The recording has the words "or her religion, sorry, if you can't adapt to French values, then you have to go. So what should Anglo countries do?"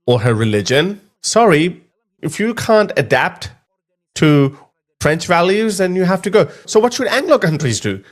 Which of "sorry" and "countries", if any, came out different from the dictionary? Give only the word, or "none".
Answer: none